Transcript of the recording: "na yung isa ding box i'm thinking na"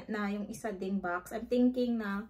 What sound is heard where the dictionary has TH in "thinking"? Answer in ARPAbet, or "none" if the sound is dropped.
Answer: T